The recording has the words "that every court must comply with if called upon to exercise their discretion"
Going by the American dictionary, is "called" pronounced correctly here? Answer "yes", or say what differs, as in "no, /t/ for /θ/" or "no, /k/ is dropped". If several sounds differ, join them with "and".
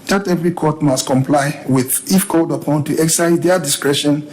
yes